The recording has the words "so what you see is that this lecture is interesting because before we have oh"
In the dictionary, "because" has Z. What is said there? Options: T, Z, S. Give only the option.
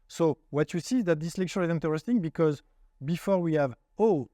Z